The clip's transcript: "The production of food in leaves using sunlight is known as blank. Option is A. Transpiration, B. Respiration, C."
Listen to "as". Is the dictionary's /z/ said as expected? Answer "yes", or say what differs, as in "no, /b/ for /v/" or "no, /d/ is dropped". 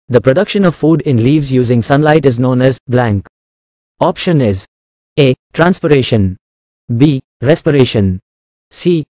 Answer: yes